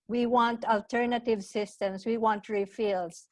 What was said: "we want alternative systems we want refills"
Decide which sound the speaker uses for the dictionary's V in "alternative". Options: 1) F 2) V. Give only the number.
2